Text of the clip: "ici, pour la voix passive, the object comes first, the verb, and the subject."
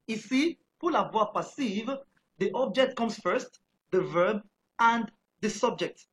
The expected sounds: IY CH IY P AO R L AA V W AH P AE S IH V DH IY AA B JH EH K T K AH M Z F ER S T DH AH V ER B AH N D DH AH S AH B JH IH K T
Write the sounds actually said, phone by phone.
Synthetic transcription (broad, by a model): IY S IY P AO L AA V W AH P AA S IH V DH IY AA B JH EH K T K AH M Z F ER S T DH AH V ER B AH N D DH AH S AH B JH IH K T